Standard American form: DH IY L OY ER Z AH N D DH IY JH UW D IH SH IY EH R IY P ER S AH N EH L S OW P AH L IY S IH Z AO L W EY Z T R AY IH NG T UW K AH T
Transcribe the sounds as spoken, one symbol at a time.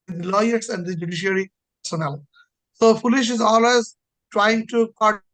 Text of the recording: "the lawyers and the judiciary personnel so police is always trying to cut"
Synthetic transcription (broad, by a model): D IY L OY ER S AH N D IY JH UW D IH SH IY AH R IY P ER S AH N EH L S OW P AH L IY SH IH Z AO L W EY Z T R AY IH NG T UW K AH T